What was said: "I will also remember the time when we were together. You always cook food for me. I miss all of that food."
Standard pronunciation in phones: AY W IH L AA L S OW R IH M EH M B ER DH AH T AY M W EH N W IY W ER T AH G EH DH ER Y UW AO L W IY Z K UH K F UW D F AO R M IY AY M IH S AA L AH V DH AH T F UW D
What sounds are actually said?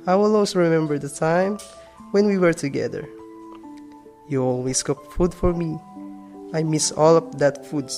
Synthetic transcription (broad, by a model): AY W IH L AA W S R IH M EH M B ER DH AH T AY M W EH N W IY W ER T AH G EH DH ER Y UW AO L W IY S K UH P F UW D F AO R M IY AY M IH S AA L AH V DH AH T F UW D